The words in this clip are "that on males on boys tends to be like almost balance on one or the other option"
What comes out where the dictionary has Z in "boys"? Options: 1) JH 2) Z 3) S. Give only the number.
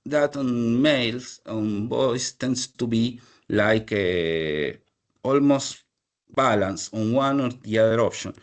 3